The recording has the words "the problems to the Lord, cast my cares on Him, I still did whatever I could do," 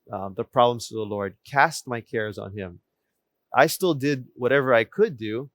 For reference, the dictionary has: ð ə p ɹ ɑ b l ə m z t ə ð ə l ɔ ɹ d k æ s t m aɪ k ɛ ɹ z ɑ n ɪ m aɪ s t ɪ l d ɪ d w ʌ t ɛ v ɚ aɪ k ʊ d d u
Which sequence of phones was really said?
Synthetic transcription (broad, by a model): ð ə p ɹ ɑ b l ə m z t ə ð ə l ɔ ɹ d k æ s t m aɪ k ɛ ɹ z n ɪ m aɪ s t ɪ l d ɪ d w ʌ t ɛ v ɚ aɪ k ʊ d d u